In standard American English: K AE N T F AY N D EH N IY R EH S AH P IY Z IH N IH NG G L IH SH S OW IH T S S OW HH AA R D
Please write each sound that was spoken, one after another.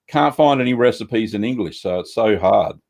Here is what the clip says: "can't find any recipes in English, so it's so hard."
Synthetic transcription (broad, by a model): K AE N T F AY N D EH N IY R EH S AH P IY Z IH N IH NG G L IH SH S OW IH T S S OW HH AA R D